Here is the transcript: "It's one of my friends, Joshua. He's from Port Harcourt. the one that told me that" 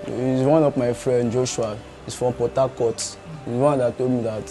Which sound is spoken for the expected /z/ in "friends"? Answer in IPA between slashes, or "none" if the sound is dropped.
none